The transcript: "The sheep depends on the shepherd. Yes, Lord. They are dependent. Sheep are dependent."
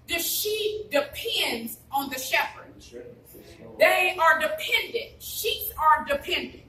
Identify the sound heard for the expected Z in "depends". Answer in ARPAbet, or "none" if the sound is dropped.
Z